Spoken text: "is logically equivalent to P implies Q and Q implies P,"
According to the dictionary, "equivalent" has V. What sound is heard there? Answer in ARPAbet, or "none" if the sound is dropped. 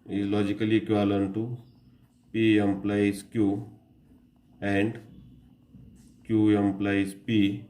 none